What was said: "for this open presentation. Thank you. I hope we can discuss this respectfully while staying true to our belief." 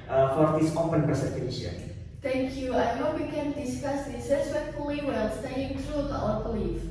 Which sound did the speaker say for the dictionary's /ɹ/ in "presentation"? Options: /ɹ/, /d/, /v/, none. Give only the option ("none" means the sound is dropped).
none